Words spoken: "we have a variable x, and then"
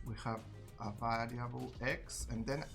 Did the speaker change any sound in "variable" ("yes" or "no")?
yes